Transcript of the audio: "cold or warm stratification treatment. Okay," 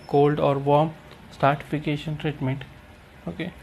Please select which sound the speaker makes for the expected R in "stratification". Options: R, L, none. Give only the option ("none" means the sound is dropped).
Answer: none